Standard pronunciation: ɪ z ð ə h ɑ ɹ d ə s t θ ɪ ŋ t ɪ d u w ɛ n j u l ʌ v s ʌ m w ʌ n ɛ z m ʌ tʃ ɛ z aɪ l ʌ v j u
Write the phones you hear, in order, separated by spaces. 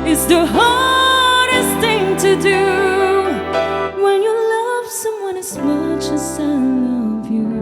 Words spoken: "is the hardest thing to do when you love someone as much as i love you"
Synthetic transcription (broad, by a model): ɪ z ð ə h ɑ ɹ d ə s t θ ɪ ŋ t ɪ d u w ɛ n j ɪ l ʌ v s ʌ m w ʌ n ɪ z m ʌ tʃ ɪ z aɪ l ʌ v j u